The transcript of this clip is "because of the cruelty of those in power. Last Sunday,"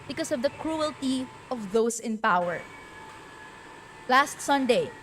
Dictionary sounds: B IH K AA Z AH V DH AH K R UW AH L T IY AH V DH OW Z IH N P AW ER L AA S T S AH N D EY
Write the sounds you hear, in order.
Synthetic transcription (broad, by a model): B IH K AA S AH V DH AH K R UW AH L T IY AH V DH OW S IH N P AW ER L AA S T S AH N D EY